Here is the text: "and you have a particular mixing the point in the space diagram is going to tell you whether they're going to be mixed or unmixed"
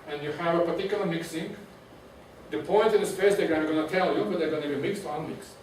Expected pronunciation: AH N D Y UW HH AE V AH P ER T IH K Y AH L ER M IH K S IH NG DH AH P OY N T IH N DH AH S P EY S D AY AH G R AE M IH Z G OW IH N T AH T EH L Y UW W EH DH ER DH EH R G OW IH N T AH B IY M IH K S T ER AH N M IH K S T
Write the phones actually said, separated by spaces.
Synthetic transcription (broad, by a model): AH N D Y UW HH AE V AH P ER T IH K Y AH L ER M IH K S IH NG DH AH P OY N T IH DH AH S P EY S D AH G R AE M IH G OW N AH T EH L Y UW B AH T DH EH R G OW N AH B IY M IH K S T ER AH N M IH K S